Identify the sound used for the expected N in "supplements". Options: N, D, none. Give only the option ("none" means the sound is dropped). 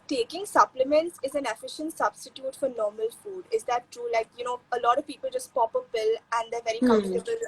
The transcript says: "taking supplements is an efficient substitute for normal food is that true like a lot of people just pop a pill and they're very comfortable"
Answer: N